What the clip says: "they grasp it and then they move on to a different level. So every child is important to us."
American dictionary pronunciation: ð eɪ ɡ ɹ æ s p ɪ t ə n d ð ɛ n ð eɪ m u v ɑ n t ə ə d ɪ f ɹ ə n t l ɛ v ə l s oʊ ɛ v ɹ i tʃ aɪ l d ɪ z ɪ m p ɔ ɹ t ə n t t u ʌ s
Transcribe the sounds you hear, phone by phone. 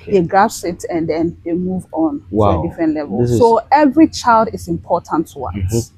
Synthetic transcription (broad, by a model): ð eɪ ɡ ɑ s ɪ t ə n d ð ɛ n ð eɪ m u v ɑ n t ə ə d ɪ f ɹ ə n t l ɛ v ə l s oʊ ɛ v ɹ i tʃ aɪ l d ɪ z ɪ m p ɔ t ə n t t u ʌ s